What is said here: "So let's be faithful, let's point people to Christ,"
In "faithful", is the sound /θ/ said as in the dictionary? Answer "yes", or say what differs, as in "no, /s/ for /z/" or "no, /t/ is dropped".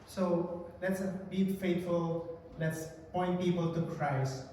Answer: no, /t/ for /θ/